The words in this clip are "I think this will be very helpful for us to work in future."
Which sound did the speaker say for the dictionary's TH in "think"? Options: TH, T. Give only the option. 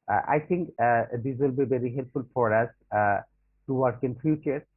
T